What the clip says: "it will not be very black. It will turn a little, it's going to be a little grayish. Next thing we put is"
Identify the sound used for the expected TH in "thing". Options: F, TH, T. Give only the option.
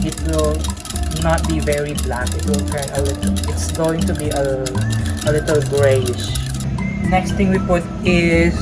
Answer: T